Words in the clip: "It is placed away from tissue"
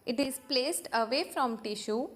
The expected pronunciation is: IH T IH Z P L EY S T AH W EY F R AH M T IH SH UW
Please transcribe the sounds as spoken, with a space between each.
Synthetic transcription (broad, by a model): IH T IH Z P L EY S T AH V EY F R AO M T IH SH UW